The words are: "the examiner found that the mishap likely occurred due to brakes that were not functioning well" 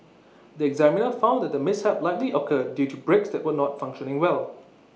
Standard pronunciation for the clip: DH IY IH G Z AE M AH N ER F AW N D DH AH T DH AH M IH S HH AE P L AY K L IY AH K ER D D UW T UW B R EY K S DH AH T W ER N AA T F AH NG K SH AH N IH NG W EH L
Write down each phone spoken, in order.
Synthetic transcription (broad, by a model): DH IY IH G Z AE M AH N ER F AW N D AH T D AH M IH S HH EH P L AY K L IY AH K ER D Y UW T UW B R EY K S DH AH T W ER N AA T F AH NG K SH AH N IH NG W EH L